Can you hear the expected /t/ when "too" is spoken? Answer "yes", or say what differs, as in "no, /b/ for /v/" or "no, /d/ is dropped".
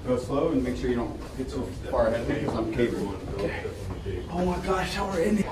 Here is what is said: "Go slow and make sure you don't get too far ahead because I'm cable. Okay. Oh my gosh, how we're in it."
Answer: no, /s/ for /t/